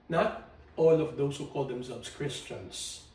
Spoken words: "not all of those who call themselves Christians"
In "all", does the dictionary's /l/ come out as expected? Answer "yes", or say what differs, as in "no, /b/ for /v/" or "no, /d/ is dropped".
yes